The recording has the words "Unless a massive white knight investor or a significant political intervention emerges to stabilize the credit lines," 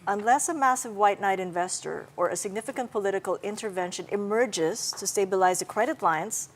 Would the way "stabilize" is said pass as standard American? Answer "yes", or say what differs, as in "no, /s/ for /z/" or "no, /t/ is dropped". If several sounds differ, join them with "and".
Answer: yes